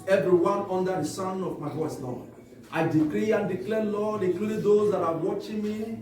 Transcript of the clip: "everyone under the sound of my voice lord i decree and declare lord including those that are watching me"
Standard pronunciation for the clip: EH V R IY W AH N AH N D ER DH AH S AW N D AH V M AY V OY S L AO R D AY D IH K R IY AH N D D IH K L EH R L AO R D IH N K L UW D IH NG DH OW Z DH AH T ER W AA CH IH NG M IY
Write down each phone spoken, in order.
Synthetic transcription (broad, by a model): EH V R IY W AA N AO N D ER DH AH S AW N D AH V M AY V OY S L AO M AY D IH K R IY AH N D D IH K L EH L AO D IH K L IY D OW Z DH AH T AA W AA CH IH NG M IY